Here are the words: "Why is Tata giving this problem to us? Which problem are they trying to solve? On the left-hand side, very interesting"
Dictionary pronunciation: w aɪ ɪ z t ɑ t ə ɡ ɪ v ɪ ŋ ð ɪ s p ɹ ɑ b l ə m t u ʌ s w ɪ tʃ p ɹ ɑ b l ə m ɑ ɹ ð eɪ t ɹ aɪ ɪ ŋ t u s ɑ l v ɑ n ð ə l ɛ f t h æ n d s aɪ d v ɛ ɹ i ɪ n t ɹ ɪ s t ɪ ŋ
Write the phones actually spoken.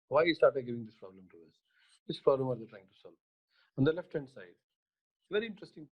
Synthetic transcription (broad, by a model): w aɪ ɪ s t ɑ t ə ɡ ɪ v ɪ ŋ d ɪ s p ɹ ɑ b l ə m t u ʌ s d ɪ s p ɹ ɑ b l ə m ɑ ɹ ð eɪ t ɹ aɪ ɪ ŋ t u s ɑ l v ɑ n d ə l ɛ f t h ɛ n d s aɪ d v ɛ ɹ i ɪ n t ɹ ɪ s t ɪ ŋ